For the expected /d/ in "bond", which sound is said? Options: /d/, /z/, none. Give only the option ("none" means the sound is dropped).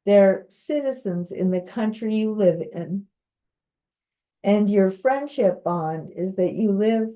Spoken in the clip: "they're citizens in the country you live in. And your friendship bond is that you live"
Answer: /d/